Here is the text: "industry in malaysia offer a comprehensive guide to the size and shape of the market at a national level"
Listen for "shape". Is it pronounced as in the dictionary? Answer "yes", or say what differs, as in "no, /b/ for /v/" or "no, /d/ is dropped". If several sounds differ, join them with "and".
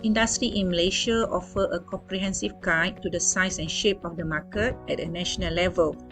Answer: yes